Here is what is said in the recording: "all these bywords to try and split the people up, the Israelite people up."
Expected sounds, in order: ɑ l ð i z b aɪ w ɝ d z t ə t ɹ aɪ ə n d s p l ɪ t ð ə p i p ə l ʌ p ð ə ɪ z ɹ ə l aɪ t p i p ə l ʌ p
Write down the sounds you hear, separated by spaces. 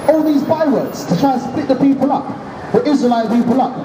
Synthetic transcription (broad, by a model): ɑ l ð i z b aɪ w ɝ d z t ə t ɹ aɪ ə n s p l ɪ t ð ə p i p ə l ʌ p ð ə ɪ z ɹ ə l aɪ t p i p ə l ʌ p